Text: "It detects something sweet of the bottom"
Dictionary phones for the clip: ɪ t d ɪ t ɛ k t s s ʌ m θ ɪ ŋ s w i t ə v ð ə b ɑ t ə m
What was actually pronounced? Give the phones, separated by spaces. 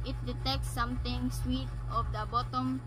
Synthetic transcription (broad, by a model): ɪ t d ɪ t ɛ k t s s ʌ m t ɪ ŋ s w i t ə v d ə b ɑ t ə m